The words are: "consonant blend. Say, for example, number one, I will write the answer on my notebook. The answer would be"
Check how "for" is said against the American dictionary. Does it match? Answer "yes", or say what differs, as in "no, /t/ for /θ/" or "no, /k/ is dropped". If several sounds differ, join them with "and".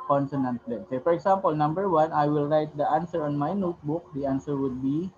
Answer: yes